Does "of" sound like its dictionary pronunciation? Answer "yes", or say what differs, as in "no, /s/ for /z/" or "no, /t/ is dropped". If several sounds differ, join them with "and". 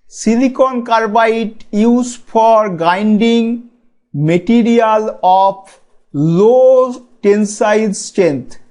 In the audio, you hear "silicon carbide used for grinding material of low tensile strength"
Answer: no, /p/ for /v/